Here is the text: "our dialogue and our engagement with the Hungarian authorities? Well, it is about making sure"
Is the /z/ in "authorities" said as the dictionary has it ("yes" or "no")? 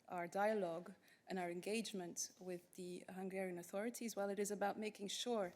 yes